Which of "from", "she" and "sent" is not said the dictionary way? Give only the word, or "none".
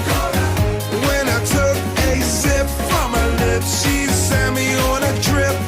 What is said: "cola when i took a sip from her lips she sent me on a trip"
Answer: sent